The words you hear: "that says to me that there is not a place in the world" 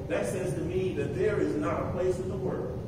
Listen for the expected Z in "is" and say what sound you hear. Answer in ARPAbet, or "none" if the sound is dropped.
Z